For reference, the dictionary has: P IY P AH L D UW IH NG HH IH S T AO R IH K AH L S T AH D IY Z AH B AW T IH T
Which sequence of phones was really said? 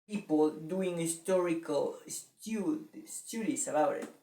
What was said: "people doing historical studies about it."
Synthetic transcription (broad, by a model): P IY P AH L D UW IH NG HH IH S T AO R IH K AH L S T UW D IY S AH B AW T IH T